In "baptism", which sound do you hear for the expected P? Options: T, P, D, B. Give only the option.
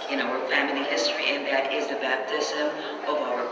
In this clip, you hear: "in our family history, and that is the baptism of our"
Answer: P